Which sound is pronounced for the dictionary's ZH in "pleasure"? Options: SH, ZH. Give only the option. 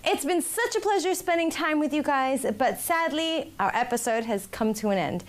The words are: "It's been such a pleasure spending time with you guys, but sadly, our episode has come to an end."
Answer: ZH